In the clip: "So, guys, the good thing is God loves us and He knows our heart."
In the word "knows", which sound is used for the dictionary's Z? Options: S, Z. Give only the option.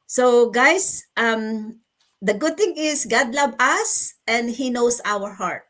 S